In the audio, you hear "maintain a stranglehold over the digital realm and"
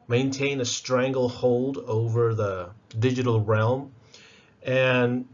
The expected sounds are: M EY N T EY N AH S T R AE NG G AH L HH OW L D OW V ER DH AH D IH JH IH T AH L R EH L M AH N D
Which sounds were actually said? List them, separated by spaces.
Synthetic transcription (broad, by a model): M EY N T EY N AH S T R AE NG G L HH OW L D OW V ER DH AH D IH JH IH T L R EH L M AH N